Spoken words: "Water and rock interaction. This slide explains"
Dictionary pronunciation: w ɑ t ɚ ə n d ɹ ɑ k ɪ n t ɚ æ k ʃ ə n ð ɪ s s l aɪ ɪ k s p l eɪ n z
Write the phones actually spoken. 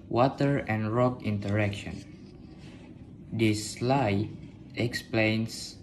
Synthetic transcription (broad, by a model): w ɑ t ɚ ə n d ɹ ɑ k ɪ n t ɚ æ k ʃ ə n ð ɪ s s l aɪ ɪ k s p l eɪ n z